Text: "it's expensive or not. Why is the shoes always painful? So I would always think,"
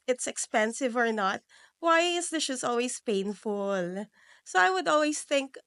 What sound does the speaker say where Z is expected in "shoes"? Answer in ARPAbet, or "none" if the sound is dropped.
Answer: S